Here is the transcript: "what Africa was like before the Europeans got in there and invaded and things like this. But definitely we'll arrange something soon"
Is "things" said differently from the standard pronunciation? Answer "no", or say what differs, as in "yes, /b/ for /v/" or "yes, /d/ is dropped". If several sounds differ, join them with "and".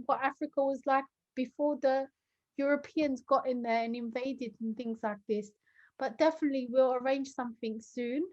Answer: no